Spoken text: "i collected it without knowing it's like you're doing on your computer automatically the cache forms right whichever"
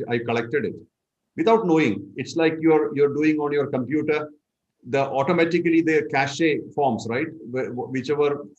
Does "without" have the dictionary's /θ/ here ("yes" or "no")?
no